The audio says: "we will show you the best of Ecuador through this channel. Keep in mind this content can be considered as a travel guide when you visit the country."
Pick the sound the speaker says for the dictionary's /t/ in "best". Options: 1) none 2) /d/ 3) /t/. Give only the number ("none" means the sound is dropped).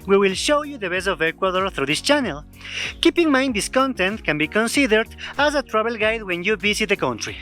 1